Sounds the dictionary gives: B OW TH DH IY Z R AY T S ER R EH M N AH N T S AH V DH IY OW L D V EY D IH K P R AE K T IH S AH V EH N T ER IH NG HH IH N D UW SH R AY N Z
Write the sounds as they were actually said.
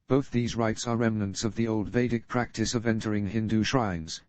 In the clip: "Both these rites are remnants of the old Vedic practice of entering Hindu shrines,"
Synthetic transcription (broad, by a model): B OW TH DH IY Z R AY T S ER R EH M N AH N T S AH V DH IY OW L D V EY D IH K P R AE K T IH S AH V EH N T ER IH NG HH IH N D UW SH R AY N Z